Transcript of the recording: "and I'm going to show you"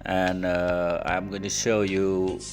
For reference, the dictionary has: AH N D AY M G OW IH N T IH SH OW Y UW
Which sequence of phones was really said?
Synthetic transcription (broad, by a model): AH N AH AY M G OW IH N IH SH OW Y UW